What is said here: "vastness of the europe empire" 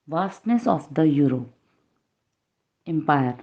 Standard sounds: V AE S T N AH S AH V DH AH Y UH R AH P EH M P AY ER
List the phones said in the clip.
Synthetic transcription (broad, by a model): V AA S T N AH S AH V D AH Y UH R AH EH M P AY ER